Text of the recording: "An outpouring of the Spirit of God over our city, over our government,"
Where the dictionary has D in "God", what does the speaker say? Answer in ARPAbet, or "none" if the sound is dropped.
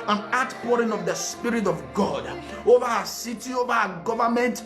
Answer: D